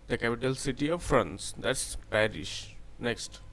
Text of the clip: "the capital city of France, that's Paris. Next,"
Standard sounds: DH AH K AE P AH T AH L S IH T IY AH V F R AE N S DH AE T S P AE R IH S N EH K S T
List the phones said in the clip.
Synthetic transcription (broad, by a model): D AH K AE P AH T AH L S IH T IY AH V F R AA N S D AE T S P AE R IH SH N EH K S T